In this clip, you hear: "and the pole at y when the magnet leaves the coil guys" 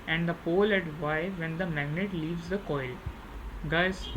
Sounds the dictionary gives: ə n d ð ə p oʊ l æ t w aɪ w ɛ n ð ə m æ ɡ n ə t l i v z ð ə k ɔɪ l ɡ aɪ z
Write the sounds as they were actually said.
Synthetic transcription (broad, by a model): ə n d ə p oʊ l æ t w aɪ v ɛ n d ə m æ ɡ n ə t l i v z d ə k ɔɪ l ɡ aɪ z